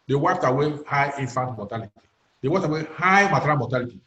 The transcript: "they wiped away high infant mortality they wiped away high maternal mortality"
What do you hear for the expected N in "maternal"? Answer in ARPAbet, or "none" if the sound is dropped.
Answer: none